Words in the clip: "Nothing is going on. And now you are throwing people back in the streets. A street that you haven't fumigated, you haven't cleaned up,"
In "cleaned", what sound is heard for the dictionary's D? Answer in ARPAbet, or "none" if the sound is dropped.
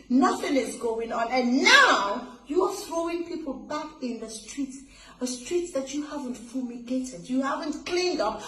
D